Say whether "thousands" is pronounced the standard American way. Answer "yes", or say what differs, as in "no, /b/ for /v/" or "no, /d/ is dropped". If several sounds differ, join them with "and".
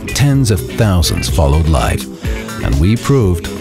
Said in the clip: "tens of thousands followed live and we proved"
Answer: yes